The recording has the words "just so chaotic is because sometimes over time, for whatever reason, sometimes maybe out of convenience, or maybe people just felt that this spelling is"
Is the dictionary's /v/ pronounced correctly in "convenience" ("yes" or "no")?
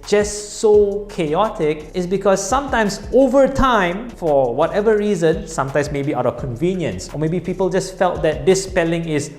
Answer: yes